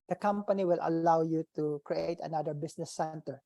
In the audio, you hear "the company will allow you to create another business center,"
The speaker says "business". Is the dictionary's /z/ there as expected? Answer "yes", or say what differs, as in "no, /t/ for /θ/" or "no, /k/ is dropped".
no, /s/ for /z/